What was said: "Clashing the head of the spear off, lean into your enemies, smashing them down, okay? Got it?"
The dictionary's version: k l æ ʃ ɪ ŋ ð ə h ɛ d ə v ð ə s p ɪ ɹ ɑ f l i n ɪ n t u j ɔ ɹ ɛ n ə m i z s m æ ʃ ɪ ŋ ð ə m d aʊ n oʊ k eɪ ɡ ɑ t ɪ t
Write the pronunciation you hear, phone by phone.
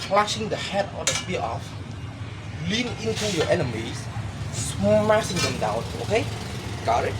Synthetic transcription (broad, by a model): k l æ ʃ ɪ ŋ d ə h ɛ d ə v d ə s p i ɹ ɑ f l i n ɪ n t u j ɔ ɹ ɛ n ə m i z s m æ s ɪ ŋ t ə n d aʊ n oʊ k eɪ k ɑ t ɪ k